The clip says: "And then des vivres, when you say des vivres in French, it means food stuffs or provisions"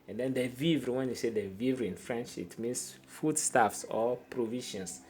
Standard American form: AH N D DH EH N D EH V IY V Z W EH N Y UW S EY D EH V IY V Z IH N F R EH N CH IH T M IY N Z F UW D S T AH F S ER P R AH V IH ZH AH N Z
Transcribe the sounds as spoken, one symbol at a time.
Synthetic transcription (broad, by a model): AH N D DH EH N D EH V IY V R W EH N Y UW S EY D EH V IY V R IH N F R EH N SH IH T M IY N S F UW D S T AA F S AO P R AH V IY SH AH N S